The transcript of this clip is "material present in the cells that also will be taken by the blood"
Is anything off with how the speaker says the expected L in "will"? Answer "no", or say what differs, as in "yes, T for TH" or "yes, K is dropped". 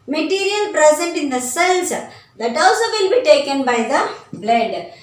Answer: yes, N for L